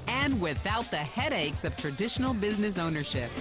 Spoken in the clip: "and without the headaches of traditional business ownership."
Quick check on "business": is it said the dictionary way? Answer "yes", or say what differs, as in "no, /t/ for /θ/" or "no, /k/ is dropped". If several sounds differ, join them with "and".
yes